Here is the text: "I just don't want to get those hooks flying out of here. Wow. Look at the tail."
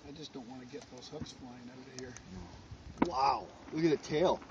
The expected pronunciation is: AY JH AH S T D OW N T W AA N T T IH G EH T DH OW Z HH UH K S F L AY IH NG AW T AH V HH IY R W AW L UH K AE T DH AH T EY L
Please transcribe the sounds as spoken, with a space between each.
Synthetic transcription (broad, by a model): AY JH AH S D OW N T W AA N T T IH G EH T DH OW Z HH UH K S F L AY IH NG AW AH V HH IY R W AW W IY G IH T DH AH T EY L